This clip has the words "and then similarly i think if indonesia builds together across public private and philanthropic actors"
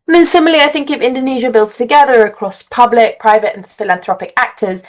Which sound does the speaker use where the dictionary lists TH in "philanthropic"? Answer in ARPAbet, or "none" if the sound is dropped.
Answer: TH